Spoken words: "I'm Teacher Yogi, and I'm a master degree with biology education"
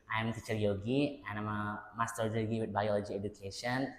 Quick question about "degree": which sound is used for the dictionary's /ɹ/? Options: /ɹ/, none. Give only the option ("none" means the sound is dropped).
none